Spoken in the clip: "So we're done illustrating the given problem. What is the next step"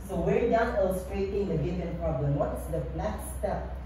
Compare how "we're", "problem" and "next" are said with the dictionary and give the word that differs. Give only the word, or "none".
next